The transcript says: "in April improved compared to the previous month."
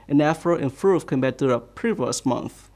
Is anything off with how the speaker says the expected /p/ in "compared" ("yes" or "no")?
yes